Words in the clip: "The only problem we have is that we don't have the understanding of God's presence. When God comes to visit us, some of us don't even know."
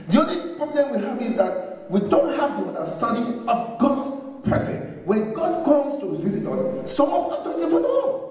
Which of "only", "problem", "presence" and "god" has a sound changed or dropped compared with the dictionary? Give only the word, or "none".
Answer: presence